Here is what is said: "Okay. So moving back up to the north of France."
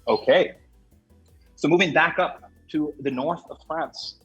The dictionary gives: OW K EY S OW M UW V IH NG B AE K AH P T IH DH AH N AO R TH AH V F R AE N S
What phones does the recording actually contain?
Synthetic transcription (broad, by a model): OW K EY S OW M UW V IH NG B AE K AH P T IH DH AH N AO R TH AH V F R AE N S